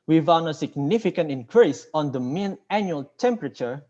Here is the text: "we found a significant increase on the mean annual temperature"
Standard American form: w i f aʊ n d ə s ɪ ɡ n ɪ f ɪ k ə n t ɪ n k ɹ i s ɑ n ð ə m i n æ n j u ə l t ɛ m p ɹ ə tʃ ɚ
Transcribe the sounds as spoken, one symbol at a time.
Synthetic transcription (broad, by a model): w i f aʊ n ə s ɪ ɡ n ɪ f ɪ k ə n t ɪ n k ɹ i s ɑ n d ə m i n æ n j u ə l t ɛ m p ɹ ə tʃ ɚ